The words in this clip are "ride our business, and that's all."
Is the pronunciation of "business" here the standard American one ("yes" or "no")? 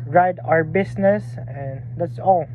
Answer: no